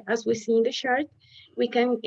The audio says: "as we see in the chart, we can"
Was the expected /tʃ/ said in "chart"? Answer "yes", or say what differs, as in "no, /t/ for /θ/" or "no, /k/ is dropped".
no, /ʃ/ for /tʃ/